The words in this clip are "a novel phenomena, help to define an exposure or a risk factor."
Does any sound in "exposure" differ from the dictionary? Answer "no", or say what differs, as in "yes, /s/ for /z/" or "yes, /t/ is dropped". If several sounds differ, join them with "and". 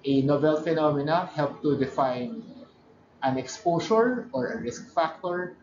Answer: yes, /s/ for /ʒ/